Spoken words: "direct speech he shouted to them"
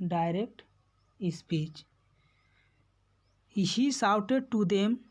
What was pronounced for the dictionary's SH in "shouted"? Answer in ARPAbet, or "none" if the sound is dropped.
S